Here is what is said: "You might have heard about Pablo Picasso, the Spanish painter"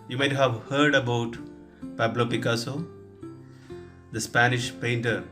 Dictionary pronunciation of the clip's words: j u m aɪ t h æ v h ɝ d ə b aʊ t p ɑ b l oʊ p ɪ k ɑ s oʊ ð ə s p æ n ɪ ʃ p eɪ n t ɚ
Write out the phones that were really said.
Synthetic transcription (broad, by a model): j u m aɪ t h æ v h ɝ d ə b aʊ t p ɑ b l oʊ p ɪ k ɑ s oʊ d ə s p æ n ɪ ʃ p eɪ n t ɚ